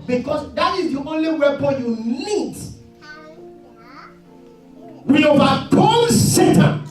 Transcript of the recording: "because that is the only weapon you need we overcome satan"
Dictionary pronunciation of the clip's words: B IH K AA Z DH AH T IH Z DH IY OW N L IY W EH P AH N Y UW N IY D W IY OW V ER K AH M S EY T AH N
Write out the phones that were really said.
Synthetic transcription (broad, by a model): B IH K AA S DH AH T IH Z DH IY OW N L IY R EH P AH Y UW N IY D W IY OW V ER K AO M S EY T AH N